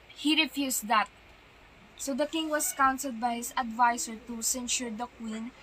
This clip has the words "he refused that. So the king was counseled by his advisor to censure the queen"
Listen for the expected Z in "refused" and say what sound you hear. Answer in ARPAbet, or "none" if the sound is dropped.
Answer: S